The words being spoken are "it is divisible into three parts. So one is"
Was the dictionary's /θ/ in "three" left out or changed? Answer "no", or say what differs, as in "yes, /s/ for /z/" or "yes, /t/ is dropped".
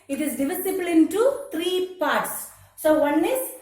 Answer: yes, /t/ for /θ/